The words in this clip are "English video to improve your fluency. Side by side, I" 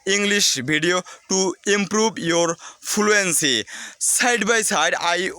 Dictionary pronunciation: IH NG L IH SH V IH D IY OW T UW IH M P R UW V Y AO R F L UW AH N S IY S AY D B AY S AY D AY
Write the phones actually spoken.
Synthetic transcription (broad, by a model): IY NG L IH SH B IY D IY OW T UW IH M P R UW B Y AO R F L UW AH N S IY S AY D B AY S AY D AY